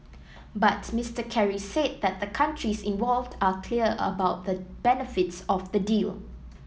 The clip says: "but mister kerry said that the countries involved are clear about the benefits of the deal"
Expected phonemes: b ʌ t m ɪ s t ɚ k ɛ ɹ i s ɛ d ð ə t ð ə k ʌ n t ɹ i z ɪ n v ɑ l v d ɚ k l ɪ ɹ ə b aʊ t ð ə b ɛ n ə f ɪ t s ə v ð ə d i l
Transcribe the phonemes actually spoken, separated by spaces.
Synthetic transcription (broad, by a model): b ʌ t m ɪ s t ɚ k ɛ ɹ i s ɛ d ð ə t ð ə k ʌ n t ɹ i s ɪ n v ɑ l v d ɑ k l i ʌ ə b aʊ t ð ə b ɛ n ə f ɪ t s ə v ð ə d i l